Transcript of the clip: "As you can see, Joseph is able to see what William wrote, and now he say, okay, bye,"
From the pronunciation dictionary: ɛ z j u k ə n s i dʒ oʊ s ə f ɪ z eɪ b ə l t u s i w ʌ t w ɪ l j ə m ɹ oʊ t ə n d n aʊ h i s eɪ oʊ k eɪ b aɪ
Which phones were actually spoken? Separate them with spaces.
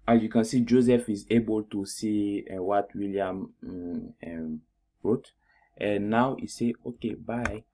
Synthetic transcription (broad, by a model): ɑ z j u k ə n s i dʒ oʊ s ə f ɪ z eɪ b ə l t u s i w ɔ t w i l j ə m ɹ oʊ t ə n n aʊ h i s eɪ oʊ k eɪ b aɪ